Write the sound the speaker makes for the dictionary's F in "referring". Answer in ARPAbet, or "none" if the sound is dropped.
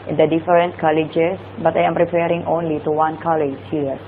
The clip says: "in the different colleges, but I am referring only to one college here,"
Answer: P